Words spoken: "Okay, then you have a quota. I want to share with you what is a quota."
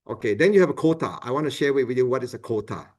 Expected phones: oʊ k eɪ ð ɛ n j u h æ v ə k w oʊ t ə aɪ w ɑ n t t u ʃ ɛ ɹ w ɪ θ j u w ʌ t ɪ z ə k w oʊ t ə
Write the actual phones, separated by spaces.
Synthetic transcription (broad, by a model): oʊ k eɪ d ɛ n j u h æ v ə k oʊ t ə aɪ w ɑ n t t u ʃ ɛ w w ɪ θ j u w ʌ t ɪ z ə k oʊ t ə